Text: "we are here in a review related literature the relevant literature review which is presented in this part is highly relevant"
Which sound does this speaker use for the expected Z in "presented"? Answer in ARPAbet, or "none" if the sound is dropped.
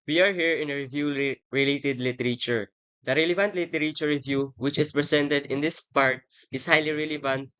S